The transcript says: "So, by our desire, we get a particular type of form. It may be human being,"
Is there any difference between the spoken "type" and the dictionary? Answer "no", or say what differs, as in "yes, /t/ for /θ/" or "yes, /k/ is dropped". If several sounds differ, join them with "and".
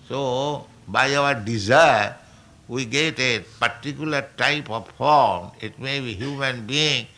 no